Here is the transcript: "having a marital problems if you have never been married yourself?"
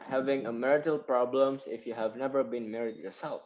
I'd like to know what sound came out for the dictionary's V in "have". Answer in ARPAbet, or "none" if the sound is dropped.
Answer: V